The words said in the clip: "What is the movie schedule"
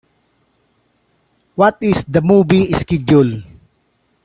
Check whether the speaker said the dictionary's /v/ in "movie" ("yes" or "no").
no